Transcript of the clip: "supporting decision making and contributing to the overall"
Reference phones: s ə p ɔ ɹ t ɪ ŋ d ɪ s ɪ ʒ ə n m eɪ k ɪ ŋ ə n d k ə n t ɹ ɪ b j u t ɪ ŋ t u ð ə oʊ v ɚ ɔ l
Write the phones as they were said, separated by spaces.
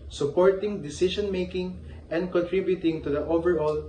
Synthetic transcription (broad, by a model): s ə p ɔ ɹ t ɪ ŋ d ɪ s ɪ ʃ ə n m eɪ k ɪ ŋ ə n d k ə n t ɹ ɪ b j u t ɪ ŋ t u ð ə oʊ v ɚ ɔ l